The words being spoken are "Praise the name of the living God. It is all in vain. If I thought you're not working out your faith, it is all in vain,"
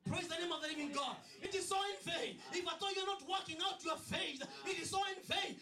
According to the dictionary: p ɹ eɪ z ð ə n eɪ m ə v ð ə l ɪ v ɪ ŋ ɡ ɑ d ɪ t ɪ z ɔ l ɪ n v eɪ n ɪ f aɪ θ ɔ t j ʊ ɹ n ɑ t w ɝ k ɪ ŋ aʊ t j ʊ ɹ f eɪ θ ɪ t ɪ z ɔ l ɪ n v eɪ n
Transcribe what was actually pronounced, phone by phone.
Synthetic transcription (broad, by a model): p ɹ eɪ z ð ə n eɪ m ə v ð ə n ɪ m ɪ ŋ ɡ ɑ d ɪ t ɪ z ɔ ɪ n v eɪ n ɪ f aɪ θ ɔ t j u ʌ n ɑ t w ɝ k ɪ ŋ aʊ t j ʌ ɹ f eɪ θ ɪ t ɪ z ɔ ɪ n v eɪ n